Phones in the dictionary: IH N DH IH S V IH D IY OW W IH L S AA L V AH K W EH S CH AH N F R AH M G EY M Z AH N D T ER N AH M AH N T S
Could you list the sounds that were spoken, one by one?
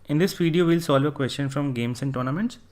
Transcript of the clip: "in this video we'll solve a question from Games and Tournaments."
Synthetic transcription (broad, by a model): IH N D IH S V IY D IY OW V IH L S AA L V AH K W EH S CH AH N F R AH M G EY M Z AH N D T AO N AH M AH N T S